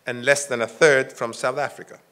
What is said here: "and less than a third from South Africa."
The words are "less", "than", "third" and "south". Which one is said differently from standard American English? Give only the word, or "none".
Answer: none